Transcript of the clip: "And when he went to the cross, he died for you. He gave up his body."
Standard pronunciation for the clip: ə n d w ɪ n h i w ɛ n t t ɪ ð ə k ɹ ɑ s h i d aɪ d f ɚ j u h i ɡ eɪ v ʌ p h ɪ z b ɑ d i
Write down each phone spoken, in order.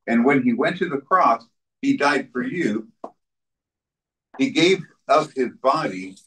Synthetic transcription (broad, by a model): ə n w ɪ n i w ɛ n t t ɪ ð ə k ɹ ɑ s h i d aɪ d f ɚ j u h i ɡ eɪ v ʌ p h ɪ z b ɑ d i